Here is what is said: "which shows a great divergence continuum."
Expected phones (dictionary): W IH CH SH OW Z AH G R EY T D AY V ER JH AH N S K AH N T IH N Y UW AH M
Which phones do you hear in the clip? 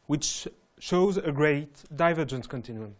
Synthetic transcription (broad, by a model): W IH CH SH OW Z AH G R EY T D AY V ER JH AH N S K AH N T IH N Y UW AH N